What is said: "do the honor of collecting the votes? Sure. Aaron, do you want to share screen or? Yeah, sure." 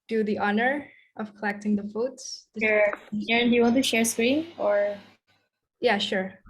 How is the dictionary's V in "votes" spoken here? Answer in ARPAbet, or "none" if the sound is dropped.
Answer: F